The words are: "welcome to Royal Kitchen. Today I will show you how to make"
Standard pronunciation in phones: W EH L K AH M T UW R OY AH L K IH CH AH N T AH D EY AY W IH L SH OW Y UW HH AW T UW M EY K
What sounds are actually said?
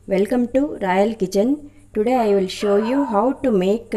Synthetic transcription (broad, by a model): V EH L K AH M T UW R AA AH L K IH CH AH N T AH D EY AY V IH L SH OW Y UW HH AW T UW M EY K